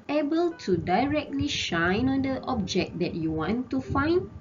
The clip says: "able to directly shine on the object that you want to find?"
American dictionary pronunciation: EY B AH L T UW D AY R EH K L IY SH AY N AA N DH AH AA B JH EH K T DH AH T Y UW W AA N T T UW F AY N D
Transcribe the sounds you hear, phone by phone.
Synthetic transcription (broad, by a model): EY B AH L T UW D AY R EH K L IY SH AY N AA N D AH AA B JH EH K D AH T Y UW W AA N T T UW F AY N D